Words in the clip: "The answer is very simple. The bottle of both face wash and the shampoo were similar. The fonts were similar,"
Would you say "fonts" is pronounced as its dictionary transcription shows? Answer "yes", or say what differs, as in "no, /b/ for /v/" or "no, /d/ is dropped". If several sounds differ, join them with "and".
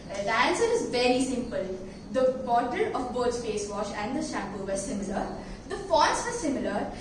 no, /n/ is dropped